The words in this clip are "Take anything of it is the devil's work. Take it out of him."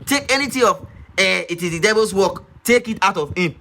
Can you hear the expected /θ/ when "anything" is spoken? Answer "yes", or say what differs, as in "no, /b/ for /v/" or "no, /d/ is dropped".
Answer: no, /t/ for /θ/